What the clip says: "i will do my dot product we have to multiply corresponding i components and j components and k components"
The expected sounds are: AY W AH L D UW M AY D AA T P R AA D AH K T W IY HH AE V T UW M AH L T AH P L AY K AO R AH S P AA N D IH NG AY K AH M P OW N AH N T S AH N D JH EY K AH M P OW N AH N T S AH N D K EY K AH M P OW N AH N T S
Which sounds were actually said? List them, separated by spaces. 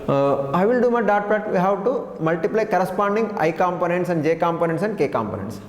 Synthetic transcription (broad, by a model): AY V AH L D UW M AY D AA T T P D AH T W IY HH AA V T UW M AH L T AH P L AY K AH R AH S P AA N D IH NG AY K AH M P OW N AH N T S AH N D JH EY K AH M P OW N AH N T S AH N D K EY K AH M P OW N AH N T S